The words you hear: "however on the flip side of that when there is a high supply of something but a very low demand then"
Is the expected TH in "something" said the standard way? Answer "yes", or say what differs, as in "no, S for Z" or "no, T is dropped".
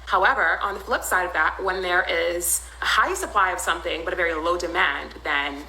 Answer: yes